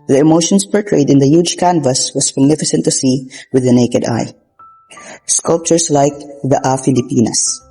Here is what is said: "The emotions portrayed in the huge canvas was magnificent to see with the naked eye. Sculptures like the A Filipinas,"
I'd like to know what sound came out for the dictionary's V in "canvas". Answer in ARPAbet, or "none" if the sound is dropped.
V